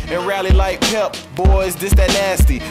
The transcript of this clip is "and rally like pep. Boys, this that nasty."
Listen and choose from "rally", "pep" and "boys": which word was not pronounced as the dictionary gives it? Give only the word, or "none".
none